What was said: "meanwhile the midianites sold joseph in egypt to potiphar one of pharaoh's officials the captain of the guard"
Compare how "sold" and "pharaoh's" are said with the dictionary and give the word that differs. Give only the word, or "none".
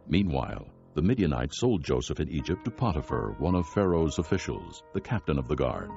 none